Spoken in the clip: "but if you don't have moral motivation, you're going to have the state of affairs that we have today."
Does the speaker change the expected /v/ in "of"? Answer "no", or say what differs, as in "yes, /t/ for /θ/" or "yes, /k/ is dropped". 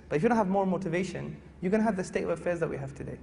no